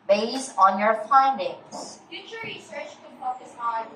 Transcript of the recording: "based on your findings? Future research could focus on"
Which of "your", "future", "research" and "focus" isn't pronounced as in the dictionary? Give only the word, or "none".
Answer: focus